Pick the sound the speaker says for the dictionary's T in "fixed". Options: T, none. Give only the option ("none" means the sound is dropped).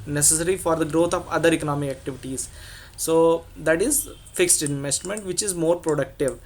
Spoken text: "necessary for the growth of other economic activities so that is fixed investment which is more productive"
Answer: T